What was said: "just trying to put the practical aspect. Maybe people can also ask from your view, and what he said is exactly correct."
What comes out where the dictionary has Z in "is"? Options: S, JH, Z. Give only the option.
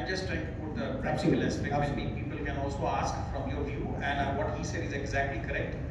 Z